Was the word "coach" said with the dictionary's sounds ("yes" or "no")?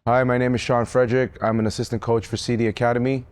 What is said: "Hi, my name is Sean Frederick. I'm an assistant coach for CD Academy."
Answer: yes